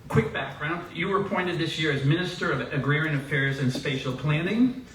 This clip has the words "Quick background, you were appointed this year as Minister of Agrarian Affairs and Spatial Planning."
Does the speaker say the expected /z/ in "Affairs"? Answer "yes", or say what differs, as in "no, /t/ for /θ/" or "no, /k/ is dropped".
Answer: yes